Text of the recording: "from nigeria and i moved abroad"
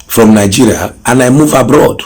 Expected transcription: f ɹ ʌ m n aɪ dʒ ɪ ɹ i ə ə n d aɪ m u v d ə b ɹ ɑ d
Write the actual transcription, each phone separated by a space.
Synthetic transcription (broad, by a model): f ɹ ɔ m n aɪ dʒ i ɹ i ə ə n aɪ m u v ə b ɹ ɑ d